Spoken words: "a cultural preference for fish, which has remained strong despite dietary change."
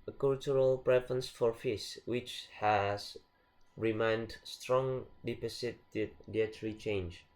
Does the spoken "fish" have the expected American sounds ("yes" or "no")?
no